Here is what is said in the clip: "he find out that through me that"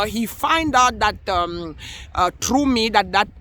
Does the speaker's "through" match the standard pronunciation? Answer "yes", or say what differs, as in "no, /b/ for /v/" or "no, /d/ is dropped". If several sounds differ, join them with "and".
no, /t/ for /θ/